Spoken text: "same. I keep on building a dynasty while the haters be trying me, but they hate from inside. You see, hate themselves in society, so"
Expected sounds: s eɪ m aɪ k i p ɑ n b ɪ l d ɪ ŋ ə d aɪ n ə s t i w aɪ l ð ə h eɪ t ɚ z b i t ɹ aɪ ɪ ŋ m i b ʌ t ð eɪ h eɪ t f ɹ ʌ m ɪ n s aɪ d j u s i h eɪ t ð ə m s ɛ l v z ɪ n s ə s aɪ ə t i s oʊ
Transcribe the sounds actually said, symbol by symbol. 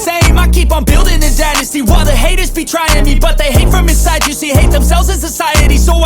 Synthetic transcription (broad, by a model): s eɪ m aɪ k i p n b ɪ l d ɪ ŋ ə d aɪ n ə s t i w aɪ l ð ə h eɪ t ɚ z b i t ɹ aɪ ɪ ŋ m i b ʌ t ð eɪ h eɪ t f ɹ ʌ m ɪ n s aɪ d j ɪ s i h eɪ t ð ə m s ɛ l v z ɪ n s ə s aɪ ə t i s oʊ